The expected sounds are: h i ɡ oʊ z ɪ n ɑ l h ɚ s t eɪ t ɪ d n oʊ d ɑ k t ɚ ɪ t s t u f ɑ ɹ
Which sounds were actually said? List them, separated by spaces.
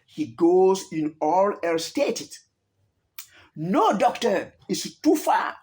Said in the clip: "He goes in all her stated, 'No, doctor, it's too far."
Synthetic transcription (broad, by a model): h i ɡ oʊ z ɪ n ɑ l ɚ s t eɪ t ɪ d n oʊ d ɑ k t ɚ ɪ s t u f ɑ